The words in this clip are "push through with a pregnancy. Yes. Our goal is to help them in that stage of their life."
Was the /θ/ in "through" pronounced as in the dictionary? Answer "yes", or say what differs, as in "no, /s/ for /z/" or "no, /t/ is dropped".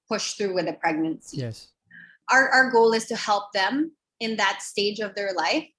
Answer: yes